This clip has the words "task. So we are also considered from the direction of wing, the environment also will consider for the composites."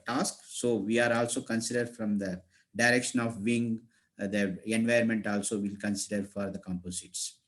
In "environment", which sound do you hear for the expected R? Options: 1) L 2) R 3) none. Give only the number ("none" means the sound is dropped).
3